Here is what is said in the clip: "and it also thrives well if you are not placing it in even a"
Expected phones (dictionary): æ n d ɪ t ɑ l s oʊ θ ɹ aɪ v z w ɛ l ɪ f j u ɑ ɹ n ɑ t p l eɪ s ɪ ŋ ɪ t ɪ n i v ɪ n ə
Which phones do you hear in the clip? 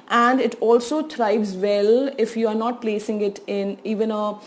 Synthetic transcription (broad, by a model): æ n d ɪ t ɑ l s oʊ t ɹ aɪ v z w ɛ l ɪ f j u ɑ ɹ n ɑ t p l eɪ s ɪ ŋ ɪ t ɪ n i v ɪ n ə